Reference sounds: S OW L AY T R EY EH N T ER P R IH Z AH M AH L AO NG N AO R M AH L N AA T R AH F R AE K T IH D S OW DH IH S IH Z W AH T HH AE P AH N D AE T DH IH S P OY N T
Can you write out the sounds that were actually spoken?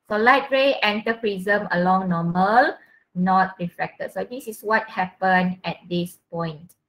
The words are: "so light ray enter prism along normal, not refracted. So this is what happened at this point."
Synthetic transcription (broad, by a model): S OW L AY T R EY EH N T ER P R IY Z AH M AH L AO NG N AO M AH L N AA T R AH F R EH K T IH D S OW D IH S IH S W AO T HH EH P AH N EH T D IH S P OY N T